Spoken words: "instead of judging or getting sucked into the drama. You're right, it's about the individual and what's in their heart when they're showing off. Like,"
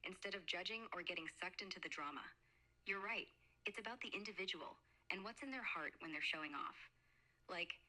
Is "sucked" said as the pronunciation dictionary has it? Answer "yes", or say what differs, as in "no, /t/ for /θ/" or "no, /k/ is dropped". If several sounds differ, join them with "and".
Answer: yes